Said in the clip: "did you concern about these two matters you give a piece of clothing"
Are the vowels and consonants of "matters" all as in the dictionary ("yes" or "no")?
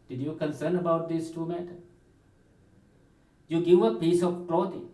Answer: no